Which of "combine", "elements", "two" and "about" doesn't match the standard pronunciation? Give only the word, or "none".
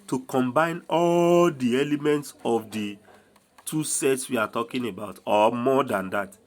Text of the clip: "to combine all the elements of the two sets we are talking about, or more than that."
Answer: none